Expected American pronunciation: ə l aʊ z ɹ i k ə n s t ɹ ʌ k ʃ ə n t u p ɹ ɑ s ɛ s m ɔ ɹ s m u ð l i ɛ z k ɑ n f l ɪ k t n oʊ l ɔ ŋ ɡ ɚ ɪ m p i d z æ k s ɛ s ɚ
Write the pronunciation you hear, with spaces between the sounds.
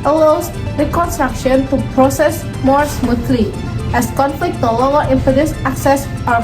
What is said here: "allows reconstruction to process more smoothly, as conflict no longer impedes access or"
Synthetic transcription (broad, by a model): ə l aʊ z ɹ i k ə n s t ɹ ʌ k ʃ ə n t u p ɹ ɑ s ɛ s m ɔ ɹ s m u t l i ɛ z k ɑ n f l ɪ k t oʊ l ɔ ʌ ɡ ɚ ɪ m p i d s æ k s ɛ s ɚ